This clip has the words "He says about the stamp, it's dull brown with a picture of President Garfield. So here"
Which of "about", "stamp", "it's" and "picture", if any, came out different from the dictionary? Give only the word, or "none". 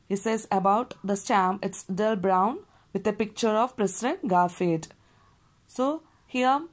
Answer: stamp